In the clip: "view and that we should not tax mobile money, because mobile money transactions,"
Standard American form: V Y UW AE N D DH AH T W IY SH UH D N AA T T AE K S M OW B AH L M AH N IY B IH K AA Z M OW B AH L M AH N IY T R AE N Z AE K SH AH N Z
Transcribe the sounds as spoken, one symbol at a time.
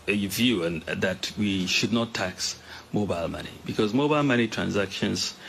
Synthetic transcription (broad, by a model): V Y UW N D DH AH T W IY SH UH D N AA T T AE K S M OW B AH L M AH N IY B IH K AA Z M OW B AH L M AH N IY T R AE N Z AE K SH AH N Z